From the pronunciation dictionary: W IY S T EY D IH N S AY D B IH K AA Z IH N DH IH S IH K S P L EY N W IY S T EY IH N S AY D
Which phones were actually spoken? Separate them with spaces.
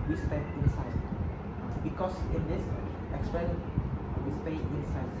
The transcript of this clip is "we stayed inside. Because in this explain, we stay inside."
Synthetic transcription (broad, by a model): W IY S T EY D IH N S AY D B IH K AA S IH N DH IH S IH K S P EY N W IY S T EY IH N S AY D